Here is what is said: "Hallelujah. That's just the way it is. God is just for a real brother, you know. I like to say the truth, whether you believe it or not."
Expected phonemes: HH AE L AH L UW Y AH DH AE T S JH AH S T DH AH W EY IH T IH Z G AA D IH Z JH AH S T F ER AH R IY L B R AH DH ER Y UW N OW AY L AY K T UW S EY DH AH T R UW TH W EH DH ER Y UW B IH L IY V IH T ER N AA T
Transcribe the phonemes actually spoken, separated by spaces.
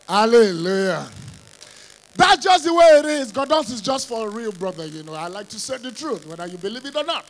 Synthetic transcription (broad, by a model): HH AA L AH L UW Y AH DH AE T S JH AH S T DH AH W EY IH T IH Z G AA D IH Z JH AH S T F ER AH R IY L B R AH DH ER Y UW N OW AY L AY K T UW S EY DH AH T R UW TH W EH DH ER Y UW B IH L IY V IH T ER N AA T